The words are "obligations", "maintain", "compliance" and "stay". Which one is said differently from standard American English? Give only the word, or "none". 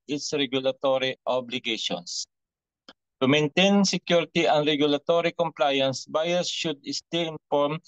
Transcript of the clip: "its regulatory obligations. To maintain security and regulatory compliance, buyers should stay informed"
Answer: obligations